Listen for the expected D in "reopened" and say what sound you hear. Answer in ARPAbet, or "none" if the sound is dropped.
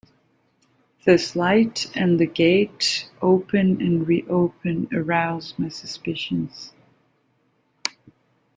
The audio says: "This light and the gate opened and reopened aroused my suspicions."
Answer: none